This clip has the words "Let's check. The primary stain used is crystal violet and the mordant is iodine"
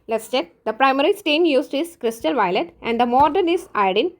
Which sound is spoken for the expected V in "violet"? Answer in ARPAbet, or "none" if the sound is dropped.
V